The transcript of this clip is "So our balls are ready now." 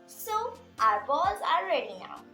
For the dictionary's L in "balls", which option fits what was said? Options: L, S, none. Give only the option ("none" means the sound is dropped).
none